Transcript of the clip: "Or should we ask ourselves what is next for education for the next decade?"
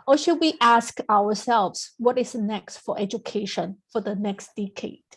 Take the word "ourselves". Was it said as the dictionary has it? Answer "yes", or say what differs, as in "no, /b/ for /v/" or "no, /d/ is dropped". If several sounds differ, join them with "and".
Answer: no, /w/ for /ɹ/